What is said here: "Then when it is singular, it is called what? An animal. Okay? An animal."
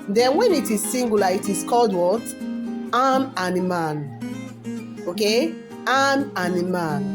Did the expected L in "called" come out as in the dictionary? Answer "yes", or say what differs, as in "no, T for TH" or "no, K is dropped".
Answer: yes